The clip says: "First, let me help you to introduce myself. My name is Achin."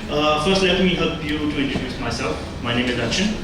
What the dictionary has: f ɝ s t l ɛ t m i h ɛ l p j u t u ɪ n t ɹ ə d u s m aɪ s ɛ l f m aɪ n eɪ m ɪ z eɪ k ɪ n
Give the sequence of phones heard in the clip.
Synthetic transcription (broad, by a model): f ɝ s t l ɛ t m i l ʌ p j u t u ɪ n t ə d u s m aɪ s ɛ l f m aɪ n eɪ m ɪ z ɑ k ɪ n